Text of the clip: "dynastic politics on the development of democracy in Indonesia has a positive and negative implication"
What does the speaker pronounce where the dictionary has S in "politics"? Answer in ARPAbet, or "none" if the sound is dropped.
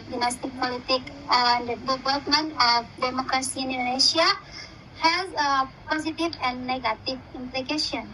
none